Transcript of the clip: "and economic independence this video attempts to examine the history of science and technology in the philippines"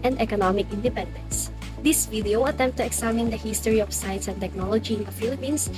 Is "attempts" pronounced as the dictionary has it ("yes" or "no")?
no